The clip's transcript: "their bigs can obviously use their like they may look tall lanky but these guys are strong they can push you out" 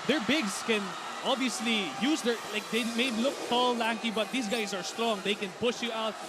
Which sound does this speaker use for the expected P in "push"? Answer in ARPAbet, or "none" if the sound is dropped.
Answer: P